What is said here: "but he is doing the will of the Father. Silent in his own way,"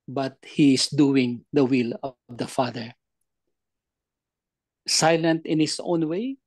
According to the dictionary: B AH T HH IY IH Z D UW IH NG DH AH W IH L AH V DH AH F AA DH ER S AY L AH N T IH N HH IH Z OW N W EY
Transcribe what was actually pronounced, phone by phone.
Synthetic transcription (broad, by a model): B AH T HH IY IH S D UW IH NG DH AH W IH L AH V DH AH F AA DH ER S AY L AH N T IH N HH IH S OW N W EY